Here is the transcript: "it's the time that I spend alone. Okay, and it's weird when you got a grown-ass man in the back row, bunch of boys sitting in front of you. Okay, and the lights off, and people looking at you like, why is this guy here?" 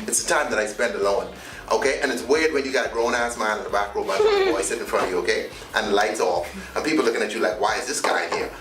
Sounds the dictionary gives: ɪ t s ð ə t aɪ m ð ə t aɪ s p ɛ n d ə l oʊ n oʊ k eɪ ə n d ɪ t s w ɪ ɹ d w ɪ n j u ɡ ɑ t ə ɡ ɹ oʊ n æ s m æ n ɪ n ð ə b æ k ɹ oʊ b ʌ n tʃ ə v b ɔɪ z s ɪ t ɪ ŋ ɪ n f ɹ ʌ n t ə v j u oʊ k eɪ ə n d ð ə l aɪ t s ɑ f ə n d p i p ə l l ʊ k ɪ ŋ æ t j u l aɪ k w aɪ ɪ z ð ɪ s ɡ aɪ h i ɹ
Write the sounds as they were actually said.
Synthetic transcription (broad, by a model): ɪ t s ð ə t aɪ m ð ə t aɪ s p ɛ n d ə l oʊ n oʊ k eɪ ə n ɪ t s w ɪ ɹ d w ɪ n j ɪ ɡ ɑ ə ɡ ɹ oʊ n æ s m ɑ ɪ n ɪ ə b æ k ɹ oʊ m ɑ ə f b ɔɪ s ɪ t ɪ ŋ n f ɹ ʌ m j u oʊ k eɪ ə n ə l aɪ t s ɑ f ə n p i p l l ʊ k ɪ ŋ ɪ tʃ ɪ l aɪ k w aɪ ɪ z ð ɪ s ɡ aɪ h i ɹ